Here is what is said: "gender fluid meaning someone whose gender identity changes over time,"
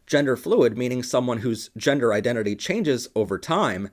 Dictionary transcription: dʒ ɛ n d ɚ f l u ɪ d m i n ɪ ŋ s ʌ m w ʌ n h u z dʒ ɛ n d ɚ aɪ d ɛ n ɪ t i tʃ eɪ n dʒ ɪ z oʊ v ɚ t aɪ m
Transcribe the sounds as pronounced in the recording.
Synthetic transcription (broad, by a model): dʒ ɛ n d ɚ f l u ɪ d m i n ɪ ŋ s ʌ m w ʌ n h u z dʒ ɛ n d ɚ aɪ d ɛ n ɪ t i tʃ eɪ n dʒ ɪ z oʊ v ɚ t aɪ m